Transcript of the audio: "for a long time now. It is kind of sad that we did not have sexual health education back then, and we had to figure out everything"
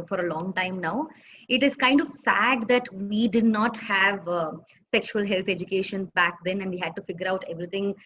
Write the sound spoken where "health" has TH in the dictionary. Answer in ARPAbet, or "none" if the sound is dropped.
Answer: T